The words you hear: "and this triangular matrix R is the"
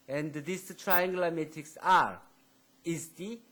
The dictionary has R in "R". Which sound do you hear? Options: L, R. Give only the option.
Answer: R